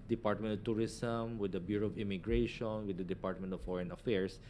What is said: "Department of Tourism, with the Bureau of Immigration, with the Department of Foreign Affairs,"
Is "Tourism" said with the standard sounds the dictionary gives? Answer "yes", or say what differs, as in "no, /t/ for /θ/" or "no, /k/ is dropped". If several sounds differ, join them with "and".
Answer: no, /s/ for /z/